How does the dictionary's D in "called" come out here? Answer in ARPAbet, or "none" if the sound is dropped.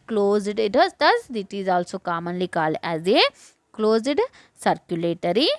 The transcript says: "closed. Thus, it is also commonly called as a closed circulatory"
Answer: none